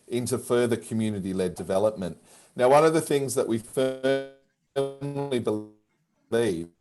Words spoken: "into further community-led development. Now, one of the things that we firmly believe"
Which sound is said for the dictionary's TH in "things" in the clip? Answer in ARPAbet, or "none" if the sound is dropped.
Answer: TH